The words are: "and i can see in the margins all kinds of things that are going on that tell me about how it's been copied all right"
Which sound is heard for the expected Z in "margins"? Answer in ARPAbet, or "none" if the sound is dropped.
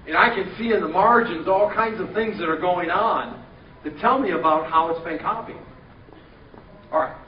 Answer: Z